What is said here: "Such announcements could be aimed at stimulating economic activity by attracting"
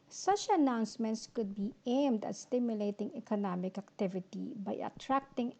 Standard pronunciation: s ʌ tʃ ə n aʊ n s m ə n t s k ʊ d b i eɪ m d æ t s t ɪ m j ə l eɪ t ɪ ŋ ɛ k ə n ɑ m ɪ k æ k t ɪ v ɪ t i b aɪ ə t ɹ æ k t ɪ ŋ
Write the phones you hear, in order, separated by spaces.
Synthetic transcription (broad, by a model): s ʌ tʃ ə n aʊ n s m ə n t s k ʊ d b i eɪ m d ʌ t s t ɪ m j ə l eɪ t ɪ ŋ ɛ k ə n ɑ m ɪ k æ k t ɪ v ɪ t i b aɪ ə t ɹ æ k t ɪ ŋ